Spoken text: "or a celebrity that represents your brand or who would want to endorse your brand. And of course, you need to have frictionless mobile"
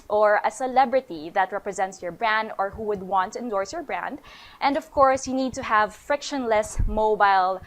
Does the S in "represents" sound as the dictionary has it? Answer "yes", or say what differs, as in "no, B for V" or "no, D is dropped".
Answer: yes